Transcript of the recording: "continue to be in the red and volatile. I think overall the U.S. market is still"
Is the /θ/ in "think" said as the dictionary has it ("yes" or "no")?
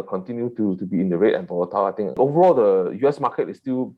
no